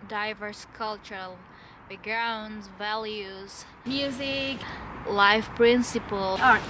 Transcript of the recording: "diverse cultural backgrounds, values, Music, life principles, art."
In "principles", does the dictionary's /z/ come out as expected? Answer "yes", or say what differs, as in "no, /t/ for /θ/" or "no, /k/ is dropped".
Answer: no, /z/ is dropped